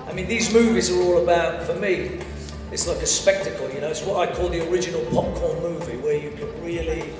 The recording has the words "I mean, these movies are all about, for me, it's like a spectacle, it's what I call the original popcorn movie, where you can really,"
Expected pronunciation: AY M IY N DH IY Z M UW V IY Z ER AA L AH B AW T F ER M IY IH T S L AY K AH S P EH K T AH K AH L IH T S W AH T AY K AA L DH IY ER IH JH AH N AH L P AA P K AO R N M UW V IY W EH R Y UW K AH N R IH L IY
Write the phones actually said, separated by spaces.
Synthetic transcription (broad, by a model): AY M IY N DH IY Z M UW V IY Z ER AA L AH B AW T F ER M IY IH T S L AY K AH S P EH K T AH K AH N IH T S W AH T AY K AA L DH IY ER IH JH AH N AH L P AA P K AO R N M UW V IY W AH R Y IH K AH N R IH L IY